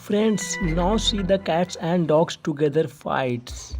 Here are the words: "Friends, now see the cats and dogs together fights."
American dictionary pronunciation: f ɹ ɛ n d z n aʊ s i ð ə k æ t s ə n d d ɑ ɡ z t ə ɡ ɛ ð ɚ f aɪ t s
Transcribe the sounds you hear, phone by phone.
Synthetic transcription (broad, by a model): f ɹ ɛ n d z n aʊ s i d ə k æ t s ə n d d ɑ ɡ s t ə ɡ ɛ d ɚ f aɪ t s